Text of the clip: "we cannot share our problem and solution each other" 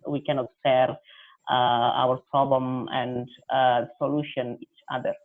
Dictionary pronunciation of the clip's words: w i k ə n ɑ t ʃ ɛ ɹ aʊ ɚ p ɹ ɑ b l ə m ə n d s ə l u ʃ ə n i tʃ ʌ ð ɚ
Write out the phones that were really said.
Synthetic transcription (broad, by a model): w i k ə n ɑ t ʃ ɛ ɹ aʊ ɚ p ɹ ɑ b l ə m ə n d s ə l u ʃ ə n i tʃ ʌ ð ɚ